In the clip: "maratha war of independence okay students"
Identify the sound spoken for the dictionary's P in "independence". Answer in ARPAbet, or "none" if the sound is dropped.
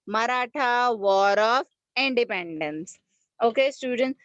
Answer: P